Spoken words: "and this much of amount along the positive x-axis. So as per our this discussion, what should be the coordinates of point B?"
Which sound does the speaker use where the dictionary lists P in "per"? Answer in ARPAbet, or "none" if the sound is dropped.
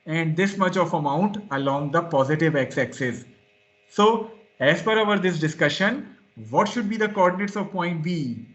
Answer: F